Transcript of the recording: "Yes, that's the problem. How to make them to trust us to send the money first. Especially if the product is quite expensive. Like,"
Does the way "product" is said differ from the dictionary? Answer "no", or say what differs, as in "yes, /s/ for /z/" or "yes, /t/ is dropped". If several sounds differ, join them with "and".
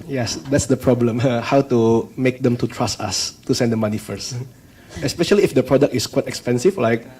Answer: no